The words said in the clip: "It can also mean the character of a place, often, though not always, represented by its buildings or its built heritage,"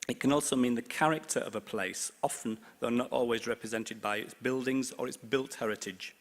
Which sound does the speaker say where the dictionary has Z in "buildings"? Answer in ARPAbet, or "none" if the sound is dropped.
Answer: Z